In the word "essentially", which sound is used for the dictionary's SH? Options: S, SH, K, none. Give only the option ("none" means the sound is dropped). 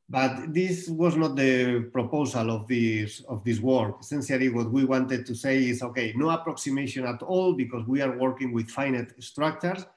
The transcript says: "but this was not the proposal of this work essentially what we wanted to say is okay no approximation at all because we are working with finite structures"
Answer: S